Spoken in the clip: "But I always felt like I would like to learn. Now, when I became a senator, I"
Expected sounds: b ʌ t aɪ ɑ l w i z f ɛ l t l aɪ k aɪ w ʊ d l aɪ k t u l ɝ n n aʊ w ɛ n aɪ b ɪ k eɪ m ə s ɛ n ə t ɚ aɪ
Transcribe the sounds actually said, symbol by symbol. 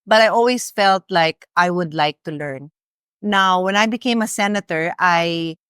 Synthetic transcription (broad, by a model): b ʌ t aɪ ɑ l w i s f ɛ l t l aɪ k aɪ w ʊ d l aɪ k t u l ɝ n n aʊ w ɛ n aɪ b ɪ k eɪ m ə s ɛ n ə t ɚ aɪ